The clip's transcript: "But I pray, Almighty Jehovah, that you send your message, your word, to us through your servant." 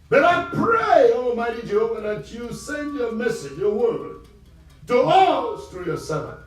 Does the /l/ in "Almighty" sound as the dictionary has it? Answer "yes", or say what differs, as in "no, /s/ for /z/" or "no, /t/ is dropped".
yes